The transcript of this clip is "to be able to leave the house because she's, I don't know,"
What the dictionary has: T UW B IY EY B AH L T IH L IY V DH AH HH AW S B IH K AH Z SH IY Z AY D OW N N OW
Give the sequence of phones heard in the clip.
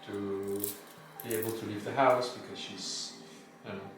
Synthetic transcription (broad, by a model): T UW B IY EY B L T IH L IY V DH AH HH AW S B IH K AH Z SH IY Z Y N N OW